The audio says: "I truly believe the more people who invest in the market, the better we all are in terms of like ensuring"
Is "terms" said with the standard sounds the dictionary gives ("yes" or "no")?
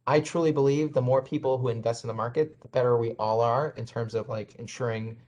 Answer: yes